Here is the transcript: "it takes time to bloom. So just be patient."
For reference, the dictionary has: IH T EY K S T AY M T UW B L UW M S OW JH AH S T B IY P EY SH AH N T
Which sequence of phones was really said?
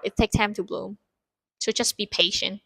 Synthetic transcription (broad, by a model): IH T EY K T AY M T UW B L UW M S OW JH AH S B IY P EY SH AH N T